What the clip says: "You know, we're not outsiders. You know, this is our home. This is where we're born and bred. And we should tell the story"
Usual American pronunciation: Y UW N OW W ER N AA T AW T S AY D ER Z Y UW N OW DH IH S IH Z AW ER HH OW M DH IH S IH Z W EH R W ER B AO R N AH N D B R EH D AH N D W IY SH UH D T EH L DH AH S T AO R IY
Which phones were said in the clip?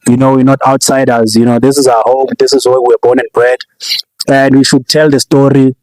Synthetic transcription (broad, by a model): Y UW N OW W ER N AA T AW T S AY D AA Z Y UW N OW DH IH S IH Z AW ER HH OW M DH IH S IH Z W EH W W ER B AO N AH N B R EH D AH N D W IY SH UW D T EH L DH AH S T AO R IY